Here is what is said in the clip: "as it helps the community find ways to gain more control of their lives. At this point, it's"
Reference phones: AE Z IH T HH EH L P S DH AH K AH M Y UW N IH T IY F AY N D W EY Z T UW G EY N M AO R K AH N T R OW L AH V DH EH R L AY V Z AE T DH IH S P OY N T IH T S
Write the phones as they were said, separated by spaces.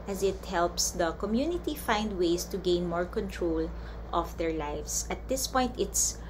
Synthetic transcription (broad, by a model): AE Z IH T HH EH L P S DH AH K AH M Y UW N IH T IY F AY N D W EY S T UW G EY N M AO R K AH N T R OW L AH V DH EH R L AY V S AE T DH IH S P OY N T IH T S